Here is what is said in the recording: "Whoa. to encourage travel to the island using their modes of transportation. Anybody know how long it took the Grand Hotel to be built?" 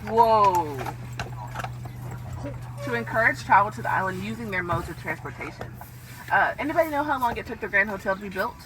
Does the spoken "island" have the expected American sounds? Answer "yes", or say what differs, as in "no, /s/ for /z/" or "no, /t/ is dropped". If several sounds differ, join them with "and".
yes